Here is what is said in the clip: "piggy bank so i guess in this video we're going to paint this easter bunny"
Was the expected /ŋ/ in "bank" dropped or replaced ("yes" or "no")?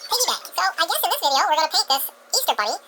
yes